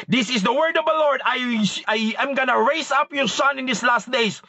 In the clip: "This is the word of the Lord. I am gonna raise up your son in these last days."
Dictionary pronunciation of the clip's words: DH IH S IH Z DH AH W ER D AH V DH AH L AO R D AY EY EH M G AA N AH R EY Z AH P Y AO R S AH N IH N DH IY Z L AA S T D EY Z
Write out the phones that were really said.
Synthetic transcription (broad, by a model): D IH S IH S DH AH W ER D AH V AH L AO R D AY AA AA M G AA N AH R EY S AH P Y AO R S AH N IH N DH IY S L AA S T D EY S